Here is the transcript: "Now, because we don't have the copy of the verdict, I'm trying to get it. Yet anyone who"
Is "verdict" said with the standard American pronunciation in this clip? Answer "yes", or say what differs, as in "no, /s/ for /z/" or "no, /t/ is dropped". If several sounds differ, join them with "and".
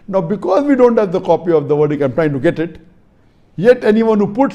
no, /t/ is dropped